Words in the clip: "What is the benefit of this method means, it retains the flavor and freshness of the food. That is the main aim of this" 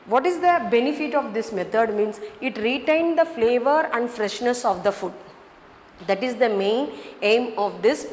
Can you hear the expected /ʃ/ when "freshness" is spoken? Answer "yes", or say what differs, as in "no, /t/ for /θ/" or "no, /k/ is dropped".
yes